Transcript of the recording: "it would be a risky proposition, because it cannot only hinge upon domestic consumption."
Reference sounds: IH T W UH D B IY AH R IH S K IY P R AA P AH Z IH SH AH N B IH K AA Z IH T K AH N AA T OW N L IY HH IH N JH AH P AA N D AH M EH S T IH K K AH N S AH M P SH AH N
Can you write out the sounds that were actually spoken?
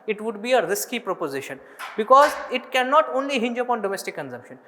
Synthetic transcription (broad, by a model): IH T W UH D B IY AH R IH S K IY P R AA P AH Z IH SH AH N B IH K AA Z IH T K AH N AA T OW N L IY HH IH N JH AH P AA N D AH M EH S T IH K K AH N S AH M P SH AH N